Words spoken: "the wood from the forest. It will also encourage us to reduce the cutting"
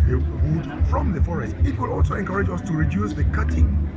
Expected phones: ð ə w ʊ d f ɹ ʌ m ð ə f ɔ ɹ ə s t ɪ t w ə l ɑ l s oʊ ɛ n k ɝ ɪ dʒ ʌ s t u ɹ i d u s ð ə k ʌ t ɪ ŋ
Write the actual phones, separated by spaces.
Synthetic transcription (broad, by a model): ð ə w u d f ɹ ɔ m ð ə f ɔ ɹ ə s t ɪ t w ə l ɑ l s oʊ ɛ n k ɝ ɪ dʒ ʌ s t u ɹ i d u s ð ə k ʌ t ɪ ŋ